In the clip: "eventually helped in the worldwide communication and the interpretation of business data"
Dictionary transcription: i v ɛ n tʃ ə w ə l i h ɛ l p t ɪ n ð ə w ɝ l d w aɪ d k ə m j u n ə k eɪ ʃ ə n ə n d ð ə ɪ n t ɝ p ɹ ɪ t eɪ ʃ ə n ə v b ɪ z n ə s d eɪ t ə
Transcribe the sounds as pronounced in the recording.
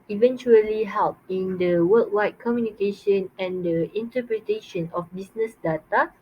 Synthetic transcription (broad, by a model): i v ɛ n tʃ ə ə l i h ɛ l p ɪ n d ə w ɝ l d w aɪ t k ə m j u n ə k eɪ ʃ ə n ə n d ə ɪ n t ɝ p ɹ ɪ t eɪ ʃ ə n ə f b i s n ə s d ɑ t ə